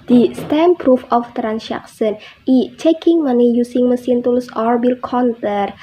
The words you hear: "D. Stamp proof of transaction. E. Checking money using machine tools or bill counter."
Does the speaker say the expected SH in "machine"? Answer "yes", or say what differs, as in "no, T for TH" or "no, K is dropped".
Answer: no, S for SH